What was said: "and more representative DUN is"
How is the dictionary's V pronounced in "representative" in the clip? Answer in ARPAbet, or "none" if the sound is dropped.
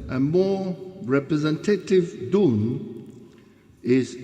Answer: V